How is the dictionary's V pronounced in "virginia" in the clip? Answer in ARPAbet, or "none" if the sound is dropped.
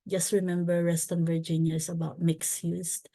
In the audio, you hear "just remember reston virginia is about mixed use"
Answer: V